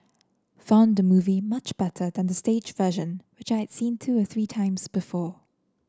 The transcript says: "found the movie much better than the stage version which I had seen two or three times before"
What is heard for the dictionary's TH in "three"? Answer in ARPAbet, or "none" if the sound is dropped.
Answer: TH